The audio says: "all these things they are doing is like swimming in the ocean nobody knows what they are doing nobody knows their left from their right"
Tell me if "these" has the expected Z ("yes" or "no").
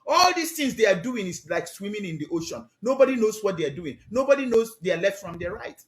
no